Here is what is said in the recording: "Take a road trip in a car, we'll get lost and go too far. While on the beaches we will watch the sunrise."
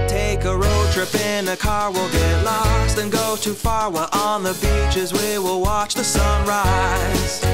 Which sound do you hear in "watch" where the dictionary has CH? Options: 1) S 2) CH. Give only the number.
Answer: 2